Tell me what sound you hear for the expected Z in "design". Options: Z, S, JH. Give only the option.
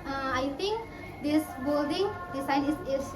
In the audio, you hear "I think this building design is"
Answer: S